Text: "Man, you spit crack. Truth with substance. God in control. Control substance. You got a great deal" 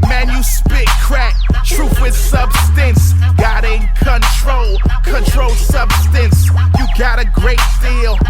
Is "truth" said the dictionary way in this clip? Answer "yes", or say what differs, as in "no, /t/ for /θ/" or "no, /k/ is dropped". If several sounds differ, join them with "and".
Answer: no, /f/ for /θ/